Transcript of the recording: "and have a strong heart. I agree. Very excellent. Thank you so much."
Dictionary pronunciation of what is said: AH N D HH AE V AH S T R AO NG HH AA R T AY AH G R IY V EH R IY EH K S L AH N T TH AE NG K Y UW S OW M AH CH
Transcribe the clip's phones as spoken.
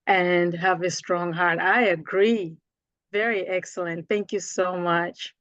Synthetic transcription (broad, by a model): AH N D HH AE V AH S T R AO NG HH AA R T AY AH G R IY V EH R IY EH K S L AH N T TH AE NG K Y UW S OW M AH CH